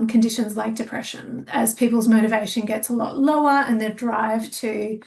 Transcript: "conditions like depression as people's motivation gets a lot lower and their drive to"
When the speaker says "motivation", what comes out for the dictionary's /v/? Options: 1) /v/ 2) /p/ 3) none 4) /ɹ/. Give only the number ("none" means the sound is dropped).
1